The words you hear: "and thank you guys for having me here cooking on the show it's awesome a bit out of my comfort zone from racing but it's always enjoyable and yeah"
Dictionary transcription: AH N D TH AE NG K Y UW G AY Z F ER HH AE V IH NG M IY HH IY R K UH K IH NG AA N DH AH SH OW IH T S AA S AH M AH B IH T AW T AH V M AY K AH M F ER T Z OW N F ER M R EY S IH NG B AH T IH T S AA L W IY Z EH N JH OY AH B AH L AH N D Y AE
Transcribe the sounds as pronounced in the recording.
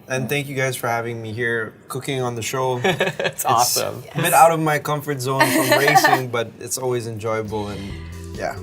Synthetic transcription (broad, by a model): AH N TH AE NG K Y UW G AY Z F ER HH AE V IH NG M IY HH IY R K UH K IH NG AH N DH AH SH OW IH T S AA S AH M AH B IH T AW T AH V M AY K AH M F ER T Z OW N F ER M R EY S IH NG B AH T IH T S AA L W IY Z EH N JH OY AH B L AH N Y AE